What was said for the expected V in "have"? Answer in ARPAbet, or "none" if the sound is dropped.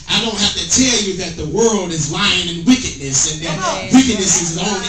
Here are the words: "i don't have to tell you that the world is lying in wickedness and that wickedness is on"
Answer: F